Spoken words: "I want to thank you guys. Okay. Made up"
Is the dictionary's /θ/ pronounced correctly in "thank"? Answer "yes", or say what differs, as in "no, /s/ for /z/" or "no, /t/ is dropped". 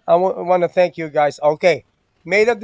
yes